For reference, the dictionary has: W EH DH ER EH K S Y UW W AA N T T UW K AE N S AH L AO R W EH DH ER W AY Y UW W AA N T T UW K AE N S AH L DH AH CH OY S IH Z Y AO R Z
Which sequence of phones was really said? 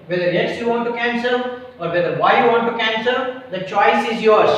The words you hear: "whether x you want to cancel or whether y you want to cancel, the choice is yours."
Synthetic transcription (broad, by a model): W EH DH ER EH S Y UW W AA N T T UW K AE N S AH L AO R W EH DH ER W AY Y UW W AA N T T UW K AE N S AH L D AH CH OY S IH Z Y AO R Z